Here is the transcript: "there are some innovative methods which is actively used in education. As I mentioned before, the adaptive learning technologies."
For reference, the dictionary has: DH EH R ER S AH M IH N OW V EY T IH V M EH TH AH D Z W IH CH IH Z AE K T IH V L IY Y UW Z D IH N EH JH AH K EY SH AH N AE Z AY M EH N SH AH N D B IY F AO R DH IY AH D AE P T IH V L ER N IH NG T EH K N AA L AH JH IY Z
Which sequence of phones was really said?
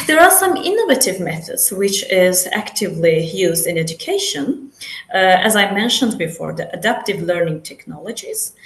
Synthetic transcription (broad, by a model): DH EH R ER S AH M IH N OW V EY T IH V M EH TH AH D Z W IH CH IH Z AE K T IH V L IY Y UW Z D IH N EH JH AH K EY SH AH N AE Z AY M EH N SH AH N D B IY F AO R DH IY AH D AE P T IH V L ER N IH NG T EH K N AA L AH JH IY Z